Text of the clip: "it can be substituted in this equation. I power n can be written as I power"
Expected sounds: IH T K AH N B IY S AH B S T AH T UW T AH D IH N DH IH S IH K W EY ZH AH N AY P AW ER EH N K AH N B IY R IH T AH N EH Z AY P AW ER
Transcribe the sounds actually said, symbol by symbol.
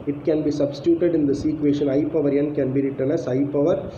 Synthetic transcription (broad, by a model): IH T K AH N B IY S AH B S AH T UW T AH D IH N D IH S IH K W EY SH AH N AY P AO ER EH N K AH N B IY R IH T AH N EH S AY P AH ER